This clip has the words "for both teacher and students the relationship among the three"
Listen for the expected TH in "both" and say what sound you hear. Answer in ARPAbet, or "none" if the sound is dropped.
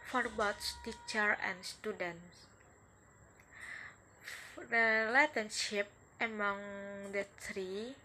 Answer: S